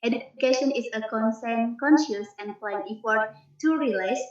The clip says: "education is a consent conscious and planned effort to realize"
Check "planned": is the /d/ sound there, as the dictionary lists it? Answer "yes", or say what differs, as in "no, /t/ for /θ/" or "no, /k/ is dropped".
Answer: no, /d/ is dropped